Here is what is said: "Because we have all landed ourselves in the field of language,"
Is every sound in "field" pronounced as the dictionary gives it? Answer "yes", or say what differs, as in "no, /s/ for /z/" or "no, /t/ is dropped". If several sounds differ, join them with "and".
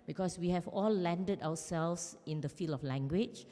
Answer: no, /d/ is dropped